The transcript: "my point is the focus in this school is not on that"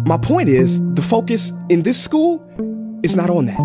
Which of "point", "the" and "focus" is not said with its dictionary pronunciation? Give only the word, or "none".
none